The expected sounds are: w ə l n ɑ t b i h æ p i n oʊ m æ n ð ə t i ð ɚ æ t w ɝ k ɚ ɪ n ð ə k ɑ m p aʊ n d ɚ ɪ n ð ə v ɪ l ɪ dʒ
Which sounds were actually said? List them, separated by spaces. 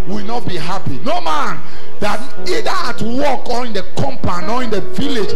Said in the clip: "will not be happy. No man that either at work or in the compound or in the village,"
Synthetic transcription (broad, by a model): w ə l n ɑ t b i h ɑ p i n oʊ m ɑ n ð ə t i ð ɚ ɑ t w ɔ k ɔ ɪ n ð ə k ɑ m p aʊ n ɔ ɪ n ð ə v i l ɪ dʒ